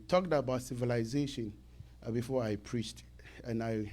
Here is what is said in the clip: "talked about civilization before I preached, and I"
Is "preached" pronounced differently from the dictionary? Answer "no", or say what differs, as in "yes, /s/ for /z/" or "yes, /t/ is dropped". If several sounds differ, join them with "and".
no